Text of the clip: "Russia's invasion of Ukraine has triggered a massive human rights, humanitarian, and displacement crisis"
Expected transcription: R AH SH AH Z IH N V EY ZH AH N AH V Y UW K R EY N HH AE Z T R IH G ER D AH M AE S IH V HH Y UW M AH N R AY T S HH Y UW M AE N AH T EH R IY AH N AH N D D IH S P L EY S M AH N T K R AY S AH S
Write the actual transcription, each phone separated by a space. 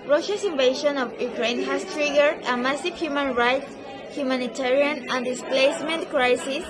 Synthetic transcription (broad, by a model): R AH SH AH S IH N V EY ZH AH N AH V Y UW K R EY N HH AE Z T R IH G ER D AH M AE S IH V HH Y UW M AH N R AY T S HH Y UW M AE N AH T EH R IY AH N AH N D D IH S P L EY S M AH N T K R AY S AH S